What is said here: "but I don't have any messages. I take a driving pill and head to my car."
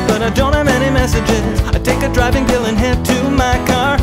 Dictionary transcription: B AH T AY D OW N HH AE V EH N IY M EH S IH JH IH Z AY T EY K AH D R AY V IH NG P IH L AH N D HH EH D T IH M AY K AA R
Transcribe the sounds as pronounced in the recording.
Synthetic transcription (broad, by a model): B AH T AY D OW N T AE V EH N IY M EH S IH JH IH Z AY T EY K AH D R AY V IH NG B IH L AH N HH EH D T IH M AY K AA R